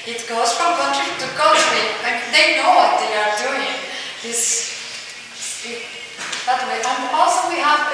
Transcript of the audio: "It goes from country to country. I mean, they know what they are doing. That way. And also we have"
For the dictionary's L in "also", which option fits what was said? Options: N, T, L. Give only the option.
N